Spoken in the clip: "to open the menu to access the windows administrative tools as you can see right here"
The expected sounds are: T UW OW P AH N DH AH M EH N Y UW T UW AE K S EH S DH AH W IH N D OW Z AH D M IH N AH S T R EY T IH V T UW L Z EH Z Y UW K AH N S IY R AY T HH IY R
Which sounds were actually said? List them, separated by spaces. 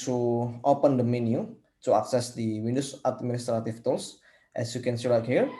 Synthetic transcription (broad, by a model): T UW OW P AH N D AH M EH N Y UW T UW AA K S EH S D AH W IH N D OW S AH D M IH N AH S T R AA T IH F T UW L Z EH S Y UW K AH N S IY L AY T HH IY R